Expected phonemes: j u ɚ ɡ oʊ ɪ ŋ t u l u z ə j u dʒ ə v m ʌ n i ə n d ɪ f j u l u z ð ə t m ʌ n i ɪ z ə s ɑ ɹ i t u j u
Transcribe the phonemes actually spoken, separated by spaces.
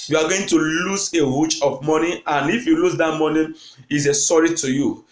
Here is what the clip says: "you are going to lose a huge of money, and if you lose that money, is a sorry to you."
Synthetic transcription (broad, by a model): j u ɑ ɡ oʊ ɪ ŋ t u l u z ə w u tʃ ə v m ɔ n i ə n ɪ f j u l u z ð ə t m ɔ n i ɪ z ə s ɑ ɹ i t u j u